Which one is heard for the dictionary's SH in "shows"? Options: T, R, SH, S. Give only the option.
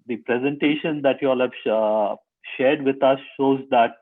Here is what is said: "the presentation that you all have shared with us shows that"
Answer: SH